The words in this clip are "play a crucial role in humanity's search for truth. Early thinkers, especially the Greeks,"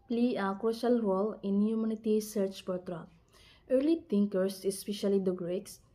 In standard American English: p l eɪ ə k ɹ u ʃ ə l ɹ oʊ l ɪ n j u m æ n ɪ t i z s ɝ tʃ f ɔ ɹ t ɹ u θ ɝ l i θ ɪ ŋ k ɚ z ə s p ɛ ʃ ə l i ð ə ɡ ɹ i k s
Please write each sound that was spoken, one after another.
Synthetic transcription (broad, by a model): p l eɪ ə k u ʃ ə l ɹ oʊ l ɪ n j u m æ n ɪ t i s ɝ tʃ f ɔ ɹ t ɹ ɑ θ ɝ l i t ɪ ŋ k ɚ s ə s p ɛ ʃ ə l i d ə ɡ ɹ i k s